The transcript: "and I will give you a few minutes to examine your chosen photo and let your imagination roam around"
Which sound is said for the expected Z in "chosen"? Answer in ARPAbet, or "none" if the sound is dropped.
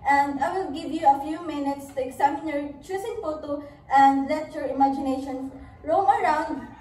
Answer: S